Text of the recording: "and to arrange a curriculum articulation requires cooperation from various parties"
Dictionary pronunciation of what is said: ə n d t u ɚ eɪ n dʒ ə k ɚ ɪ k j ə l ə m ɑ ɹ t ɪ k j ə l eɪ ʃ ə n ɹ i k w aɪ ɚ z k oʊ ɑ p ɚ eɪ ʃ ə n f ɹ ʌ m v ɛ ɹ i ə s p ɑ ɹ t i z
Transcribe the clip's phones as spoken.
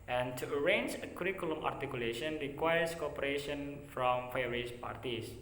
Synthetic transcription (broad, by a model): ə n t u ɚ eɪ n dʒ ə k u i k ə l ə m ɑ ɹ t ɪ k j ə l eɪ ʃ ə n ɹ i k w aɪ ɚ s k oʊ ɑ p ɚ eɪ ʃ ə n f ɹ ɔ m f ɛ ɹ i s p ɑ ɹ t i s